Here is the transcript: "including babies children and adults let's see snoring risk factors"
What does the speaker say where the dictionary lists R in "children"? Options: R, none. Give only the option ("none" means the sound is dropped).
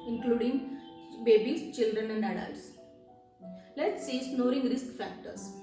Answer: R